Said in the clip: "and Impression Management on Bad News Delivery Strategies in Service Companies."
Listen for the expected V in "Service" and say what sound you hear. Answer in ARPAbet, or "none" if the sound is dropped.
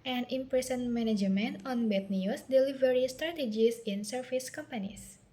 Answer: F